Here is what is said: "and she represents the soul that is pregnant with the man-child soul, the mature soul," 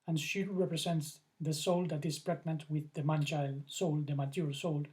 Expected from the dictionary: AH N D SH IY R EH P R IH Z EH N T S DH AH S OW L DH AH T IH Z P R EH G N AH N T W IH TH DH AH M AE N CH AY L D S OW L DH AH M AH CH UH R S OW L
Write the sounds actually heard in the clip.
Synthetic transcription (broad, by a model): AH N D SH IY R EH P R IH S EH N T S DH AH S OW L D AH T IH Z P R EH G N AH N T W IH DH AH M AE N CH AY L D S OW L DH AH M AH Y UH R S OW L